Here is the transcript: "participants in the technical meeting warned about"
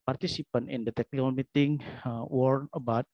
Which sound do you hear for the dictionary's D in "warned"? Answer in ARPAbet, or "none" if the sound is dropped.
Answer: none